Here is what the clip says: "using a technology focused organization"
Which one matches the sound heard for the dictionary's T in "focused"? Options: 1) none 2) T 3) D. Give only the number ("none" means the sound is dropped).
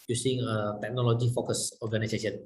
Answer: 1